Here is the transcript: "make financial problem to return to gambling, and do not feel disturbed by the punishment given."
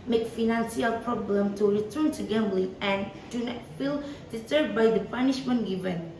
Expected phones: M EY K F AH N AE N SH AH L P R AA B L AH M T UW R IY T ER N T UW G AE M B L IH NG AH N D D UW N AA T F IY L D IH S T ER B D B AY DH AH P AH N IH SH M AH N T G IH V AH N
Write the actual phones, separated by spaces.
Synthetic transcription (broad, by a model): M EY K F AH N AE N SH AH L P R AA B L AH M T UW R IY T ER N T UW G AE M B L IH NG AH N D D UW N AA T F IY L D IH T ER D B AY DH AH P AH N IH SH M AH N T G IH V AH N